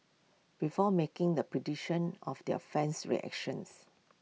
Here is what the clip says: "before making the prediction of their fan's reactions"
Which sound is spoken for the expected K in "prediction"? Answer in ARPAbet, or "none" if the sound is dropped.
none